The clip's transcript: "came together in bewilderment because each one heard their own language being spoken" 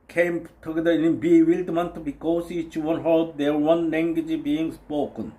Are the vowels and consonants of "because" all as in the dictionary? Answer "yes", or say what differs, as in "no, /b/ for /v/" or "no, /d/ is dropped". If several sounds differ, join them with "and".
no, /s/ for /z/